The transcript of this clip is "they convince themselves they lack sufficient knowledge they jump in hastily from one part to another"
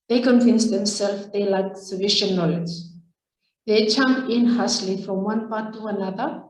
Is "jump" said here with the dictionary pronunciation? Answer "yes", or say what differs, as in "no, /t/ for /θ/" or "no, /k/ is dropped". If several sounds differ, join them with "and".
no, /tʃ/ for /dʒ/ and /p/ is dropped